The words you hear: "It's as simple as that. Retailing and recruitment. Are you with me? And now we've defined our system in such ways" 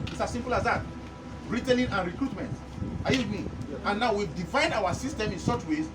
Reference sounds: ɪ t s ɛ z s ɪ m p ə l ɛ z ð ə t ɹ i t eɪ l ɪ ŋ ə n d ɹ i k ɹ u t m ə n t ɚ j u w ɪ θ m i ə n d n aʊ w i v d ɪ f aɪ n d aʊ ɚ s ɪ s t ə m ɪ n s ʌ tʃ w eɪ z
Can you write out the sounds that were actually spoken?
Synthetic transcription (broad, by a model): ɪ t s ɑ s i m p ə l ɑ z ð ə t ɹ i t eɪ n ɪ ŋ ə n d ɹ i k ɹ u t m ə n t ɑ j u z m i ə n n aʊ w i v d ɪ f aɪ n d aʊ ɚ s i s t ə m ɪ n s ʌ tʃ w eɪ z